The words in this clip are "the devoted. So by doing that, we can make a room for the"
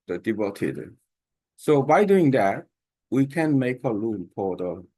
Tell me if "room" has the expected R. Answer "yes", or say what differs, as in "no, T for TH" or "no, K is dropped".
no, L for R